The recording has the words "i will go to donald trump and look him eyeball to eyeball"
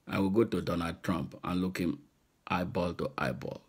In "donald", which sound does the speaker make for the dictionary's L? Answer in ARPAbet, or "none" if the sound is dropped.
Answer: none